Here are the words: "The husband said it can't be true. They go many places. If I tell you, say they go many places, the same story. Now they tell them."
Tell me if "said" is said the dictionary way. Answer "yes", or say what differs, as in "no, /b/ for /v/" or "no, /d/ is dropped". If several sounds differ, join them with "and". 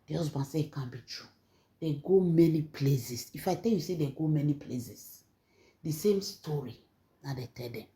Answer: no, /d/ is dropped